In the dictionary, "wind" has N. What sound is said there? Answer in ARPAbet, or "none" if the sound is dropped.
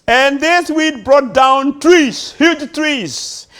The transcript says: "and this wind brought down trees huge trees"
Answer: none